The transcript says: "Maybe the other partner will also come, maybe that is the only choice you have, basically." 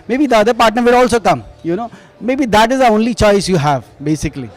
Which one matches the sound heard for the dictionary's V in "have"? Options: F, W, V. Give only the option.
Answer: V